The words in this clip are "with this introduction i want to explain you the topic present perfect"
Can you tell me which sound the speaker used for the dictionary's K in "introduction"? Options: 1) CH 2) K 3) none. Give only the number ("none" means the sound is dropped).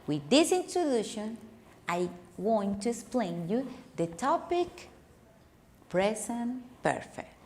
3